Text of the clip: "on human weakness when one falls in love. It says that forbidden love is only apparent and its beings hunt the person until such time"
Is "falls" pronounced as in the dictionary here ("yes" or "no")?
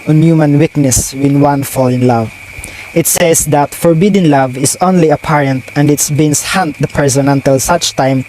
no